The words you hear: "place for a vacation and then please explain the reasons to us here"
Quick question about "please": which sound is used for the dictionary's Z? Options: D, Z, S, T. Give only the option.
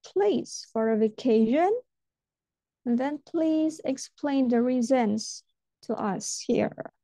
Z